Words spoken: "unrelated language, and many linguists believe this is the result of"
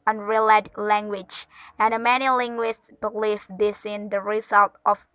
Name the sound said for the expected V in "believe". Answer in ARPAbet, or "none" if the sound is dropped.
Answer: F